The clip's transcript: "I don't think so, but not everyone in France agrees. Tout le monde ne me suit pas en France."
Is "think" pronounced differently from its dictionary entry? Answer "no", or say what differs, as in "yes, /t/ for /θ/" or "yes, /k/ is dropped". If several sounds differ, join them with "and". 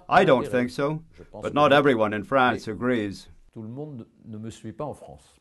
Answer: no